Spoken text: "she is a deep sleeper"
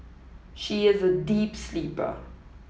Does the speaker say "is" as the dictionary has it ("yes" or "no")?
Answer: yes